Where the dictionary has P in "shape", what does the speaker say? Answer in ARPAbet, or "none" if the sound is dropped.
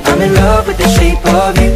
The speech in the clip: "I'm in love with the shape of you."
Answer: P